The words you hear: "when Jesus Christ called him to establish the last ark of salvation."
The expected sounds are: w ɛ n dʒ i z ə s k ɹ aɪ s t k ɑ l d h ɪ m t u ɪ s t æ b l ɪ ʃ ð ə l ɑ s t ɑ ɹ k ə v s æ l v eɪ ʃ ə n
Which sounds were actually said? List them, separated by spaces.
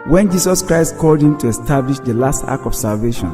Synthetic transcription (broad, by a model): w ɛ n dʒ i s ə s k ɹ aɪ s t k ɑ l d h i m t u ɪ s t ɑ b l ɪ ʃ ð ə l ɑ s t ɑ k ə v s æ l v eɪ ʃ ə n